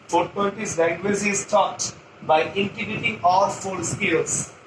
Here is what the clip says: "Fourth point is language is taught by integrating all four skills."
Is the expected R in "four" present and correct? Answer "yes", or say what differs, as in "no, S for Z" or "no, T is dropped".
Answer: no, L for R